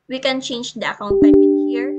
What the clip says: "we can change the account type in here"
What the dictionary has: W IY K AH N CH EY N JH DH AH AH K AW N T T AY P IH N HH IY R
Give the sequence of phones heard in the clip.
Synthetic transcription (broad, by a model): W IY K AH N CH EY N JH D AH AH K AW N T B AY IH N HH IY R